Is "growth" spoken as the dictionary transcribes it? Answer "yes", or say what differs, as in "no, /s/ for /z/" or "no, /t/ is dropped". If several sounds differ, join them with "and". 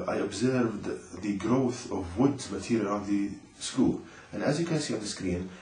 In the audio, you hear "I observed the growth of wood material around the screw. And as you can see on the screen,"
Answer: yes